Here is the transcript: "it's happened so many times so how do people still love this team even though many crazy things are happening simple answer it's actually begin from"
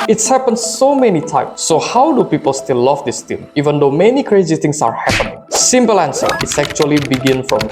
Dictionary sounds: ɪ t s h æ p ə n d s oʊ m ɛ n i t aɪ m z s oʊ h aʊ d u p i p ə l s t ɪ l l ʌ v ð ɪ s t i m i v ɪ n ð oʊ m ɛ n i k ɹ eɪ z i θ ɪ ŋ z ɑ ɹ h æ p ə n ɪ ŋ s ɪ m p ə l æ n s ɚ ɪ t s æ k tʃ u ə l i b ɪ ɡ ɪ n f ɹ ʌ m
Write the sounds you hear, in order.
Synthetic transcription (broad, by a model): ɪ t s h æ p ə n s oʊ m ɛ n i t aɪ m s oʊ h aʊ d u p i p ə l s t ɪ l l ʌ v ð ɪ s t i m i v ɪ n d oʊ m ɛ n i k ɹ eɪ z i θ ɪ ŋ s ɑ ɹ h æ p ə n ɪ ŋ s ɪ m p ə l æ n s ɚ ɪ t s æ k tʃ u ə l i b ɪ ɡ ɪ n f ɹ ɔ m